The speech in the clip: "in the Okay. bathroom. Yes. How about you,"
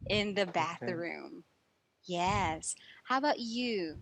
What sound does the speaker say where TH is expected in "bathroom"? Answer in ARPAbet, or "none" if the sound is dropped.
TH